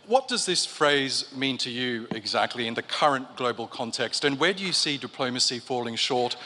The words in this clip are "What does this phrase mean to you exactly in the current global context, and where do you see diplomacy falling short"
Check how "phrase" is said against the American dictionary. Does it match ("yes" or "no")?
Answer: yes